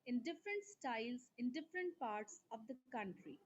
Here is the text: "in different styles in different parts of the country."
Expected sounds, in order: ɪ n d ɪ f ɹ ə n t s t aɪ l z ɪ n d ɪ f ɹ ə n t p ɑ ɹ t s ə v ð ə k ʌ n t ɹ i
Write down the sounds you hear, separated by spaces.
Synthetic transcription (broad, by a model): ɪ n d ɪ f ɹ ə n t s t aɪ l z ɪ n d ɪ f ɹ ə n t p ɑ ɹ t s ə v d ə k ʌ n t ɹ i